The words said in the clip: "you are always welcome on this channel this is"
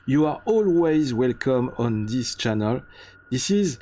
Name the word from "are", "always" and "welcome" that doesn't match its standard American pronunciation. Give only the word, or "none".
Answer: none